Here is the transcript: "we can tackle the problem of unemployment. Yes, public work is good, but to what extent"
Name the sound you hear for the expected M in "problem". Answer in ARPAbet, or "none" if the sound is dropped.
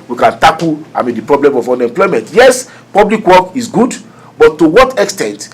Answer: M